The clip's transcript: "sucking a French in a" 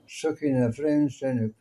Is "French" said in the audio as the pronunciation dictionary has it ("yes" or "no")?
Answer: no